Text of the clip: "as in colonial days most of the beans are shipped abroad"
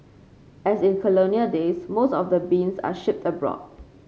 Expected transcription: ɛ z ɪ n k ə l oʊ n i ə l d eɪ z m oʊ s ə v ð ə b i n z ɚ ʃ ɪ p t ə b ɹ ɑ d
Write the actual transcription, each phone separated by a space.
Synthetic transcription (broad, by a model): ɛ s ɪ n k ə l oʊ n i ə d eɪ s m oʊ s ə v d ə b i n s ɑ ʃ ɪ p t ə b ɹ ɑ d